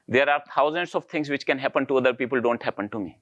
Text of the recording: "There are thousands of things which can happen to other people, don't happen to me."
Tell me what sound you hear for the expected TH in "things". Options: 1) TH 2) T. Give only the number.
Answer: 2